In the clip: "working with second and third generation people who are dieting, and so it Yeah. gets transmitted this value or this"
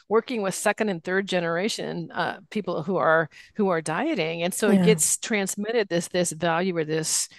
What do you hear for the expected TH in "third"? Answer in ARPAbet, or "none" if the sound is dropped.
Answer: TH